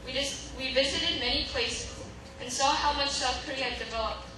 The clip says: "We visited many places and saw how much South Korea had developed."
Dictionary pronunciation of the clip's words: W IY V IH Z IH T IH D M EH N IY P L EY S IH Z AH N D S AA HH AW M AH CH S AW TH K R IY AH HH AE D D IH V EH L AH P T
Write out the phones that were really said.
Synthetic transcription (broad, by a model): W IY V IH Z IH T IH D M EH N IY P L EY S IH Z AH N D S AA HH AW M AH CH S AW F K R IY AH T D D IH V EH L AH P